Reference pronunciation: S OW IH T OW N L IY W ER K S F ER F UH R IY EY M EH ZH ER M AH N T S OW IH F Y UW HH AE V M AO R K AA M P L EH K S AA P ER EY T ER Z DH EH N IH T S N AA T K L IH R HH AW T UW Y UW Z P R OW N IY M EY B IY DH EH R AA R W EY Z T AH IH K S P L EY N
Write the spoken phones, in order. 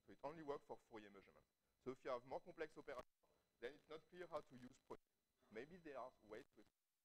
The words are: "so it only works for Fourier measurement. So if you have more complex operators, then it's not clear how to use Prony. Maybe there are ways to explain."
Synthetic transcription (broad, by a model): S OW IH T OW N L IY W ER K F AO F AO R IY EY M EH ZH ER M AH N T S OW IH F Y UW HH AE V M AO R K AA P L EH K S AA P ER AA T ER DH EH N IH T S N AA T K L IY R HH AW T UW Y UW Z P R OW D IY M EY B IY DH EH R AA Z W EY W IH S